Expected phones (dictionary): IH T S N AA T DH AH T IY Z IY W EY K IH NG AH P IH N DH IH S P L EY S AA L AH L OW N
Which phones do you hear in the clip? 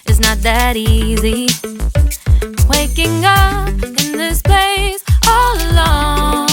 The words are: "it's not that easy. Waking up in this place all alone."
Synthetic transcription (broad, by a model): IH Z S N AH T DH AH T IY Z IY W EY K IH NG AH P IH N DH IH S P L EY S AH L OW